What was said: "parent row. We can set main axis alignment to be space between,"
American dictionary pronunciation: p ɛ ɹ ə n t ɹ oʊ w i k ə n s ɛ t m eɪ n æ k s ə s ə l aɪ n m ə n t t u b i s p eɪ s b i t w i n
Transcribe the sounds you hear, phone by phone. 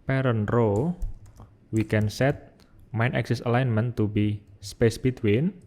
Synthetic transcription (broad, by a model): p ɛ ɹ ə n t ɹ oʊ w i k ə n s ɛ t m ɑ n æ k s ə s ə l aɪ n m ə n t t u b i s p eɪ s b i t w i n